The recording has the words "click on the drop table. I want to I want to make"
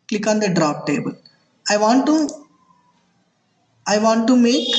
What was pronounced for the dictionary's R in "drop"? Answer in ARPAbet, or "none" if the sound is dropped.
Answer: R